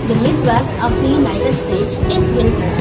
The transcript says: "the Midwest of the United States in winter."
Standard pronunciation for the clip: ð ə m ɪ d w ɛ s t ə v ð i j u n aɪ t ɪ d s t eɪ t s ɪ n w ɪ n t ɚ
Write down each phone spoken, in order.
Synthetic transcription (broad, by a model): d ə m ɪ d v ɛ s ə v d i j u n aɪ t ɪ d s t eɪ t s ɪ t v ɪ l